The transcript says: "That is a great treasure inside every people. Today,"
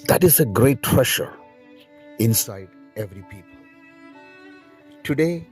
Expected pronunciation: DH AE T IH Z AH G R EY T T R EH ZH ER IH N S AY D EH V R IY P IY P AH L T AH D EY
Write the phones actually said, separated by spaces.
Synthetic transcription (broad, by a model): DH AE T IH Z AH G R EY T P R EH SH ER IH N S AY D EH V R IY P IY P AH L T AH D EY